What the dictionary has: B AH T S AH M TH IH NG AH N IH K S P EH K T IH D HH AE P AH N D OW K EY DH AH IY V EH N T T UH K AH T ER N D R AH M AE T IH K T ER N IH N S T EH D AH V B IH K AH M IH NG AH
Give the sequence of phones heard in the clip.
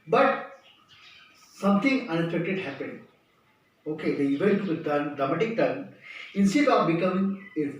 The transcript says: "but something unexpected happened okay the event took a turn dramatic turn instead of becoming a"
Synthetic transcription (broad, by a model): B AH T S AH M T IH NG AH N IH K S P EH K T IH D HH AE P AH N D OW K EY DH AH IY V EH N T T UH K AH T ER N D R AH M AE T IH K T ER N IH N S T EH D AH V B IH K AH M IH NG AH